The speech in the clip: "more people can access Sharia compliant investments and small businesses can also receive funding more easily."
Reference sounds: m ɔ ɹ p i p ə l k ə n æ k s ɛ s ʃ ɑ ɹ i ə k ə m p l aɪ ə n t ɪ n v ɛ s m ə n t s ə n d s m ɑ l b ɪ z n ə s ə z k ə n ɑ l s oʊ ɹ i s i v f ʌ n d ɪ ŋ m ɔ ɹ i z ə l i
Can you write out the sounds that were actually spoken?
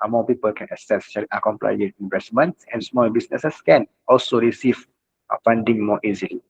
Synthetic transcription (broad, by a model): m ɔ p i p ə l k ə n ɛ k s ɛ s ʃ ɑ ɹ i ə k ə m p l aɪ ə t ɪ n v ɛ s m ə n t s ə n s m ɑ l b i s n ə s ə s k ə n ɑ l s oʊ ɹ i s i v f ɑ n d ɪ ŋ m ɔ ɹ i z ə l i